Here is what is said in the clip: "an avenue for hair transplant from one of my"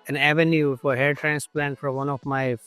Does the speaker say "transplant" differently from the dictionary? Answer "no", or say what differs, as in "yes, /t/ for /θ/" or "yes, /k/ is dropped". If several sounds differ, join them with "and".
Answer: no